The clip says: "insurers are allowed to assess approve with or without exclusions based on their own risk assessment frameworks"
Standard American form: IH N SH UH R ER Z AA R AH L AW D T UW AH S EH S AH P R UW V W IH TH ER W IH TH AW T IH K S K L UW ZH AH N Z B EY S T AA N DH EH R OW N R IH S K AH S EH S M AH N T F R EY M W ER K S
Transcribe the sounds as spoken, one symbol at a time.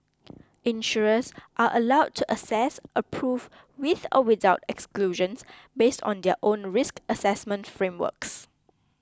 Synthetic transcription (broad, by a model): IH N SH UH R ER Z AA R AH L AW D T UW AH S EH S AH P R UW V W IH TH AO W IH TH AW T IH K S K L UW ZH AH N S B EY S T AA N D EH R OW N R IH S K AH S EH S M AH N T F R EY M W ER K S